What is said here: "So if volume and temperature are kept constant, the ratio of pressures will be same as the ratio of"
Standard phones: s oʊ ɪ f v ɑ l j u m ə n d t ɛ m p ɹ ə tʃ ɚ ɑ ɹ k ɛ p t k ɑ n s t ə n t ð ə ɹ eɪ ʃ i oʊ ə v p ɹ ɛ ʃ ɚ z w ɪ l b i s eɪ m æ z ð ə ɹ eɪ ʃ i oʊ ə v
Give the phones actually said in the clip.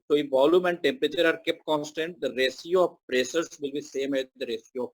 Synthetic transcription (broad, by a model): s oʊ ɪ v ɑ l j u m ə n d t ɛ m p ɹ ə tʃ ɚ ɑ ɹ k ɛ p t k ɑ n s t ə n t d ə ɹ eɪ s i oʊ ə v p ɹ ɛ s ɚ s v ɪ l b i s eɪ m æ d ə ɹ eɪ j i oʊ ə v